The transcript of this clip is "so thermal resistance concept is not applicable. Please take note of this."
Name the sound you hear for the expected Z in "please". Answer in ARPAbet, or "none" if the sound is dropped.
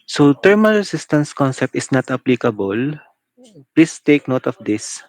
S